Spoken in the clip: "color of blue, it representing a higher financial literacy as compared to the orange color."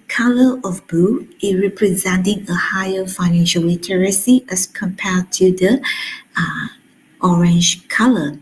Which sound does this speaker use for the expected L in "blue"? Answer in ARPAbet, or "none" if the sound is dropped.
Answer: none